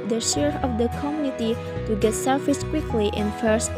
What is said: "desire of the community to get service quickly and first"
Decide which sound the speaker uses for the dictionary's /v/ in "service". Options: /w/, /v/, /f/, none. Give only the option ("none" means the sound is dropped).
/f/